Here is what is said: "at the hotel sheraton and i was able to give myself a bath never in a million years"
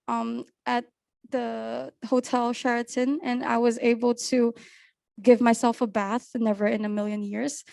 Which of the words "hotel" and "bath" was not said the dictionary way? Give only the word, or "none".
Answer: none